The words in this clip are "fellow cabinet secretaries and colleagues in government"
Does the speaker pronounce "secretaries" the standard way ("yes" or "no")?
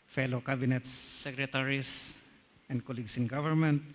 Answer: no